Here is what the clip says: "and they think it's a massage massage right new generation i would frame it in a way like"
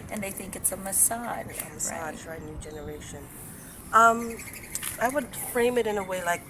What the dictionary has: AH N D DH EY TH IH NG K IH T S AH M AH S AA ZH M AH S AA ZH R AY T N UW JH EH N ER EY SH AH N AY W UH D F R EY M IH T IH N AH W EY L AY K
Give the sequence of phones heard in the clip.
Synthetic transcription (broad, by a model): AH N DH EY TH IH NG K IH T S AH M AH S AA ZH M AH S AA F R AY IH N UW JH EH N ER EY SH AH N AY W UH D F R EY M IH T IH N AH W EY L AY K